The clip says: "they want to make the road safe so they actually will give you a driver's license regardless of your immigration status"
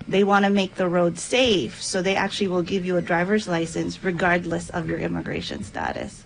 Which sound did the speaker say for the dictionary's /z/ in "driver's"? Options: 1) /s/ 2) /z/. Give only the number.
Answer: 2